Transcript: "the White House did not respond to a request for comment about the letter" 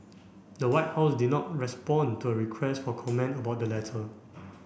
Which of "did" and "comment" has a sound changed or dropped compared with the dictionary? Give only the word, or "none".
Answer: none